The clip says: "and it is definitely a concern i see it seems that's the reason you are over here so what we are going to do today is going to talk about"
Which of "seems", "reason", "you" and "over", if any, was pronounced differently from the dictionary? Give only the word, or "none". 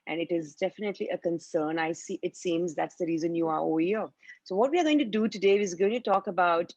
over